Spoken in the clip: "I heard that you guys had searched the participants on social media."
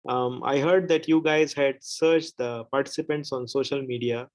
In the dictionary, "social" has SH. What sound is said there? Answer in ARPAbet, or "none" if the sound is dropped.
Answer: SH